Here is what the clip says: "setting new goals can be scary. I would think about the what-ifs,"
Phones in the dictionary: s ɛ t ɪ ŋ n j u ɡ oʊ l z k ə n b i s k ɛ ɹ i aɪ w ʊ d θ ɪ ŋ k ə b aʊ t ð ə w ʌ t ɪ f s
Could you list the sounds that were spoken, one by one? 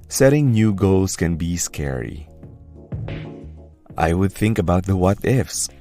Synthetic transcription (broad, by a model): s ɛ t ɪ ŋ n j u ɡ oʊ l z k ə n b i s k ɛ ɹ i aɪ w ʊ d θ ɪ ŋ k ə b aʊ t ð ə w ʌ t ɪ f s